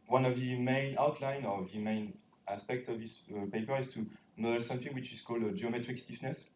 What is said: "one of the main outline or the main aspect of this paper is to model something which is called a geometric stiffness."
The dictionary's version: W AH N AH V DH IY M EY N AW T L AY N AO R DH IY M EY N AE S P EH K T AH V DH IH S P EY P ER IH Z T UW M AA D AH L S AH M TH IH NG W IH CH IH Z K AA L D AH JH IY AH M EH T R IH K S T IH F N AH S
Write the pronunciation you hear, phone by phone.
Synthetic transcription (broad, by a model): W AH N AH V DH IY M EY N AW T L AY N AO R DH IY M EY N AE S P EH K T AH V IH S P EY P ER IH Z T UW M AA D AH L S AH M TH IH NG W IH CH IH Z K AA L D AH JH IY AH M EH T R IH K S T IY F N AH S